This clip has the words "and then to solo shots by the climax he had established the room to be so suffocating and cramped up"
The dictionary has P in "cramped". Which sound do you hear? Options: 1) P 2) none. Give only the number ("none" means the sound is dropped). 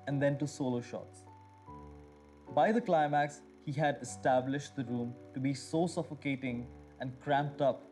1